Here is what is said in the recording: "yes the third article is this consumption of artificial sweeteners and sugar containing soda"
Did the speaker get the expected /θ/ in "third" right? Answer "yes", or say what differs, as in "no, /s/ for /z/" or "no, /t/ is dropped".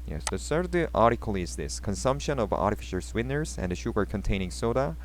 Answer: no, /s/ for /θ/